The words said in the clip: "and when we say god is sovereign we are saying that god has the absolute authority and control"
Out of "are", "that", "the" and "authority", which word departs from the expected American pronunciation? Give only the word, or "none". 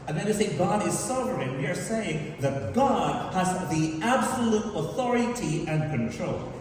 none